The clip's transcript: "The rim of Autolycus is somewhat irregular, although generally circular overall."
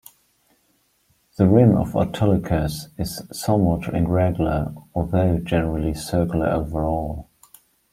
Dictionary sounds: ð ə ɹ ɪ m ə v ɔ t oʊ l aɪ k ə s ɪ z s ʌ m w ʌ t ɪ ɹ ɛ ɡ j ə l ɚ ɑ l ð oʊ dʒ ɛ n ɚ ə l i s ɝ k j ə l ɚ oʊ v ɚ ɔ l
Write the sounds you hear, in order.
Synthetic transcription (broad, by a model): ð ə ɹ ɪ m ə v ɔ t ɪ l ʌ k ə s ɪ z s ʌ m w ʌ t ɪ ɹ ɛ ɡ j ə l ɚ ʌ ð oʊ dʒ ɛ n ɚ ə l i s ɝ k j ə l ɚ oʊ v ɚ ɔ l